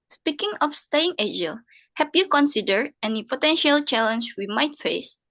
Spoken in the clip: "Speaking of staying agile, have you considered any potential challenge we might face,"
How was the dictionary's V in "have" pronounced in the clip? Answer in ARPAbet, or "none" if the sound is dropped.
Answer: P